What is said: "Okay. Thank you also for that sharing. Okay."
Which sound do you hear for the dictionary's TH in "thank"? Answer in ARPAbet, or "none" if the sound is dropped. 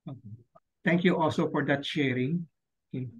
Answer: T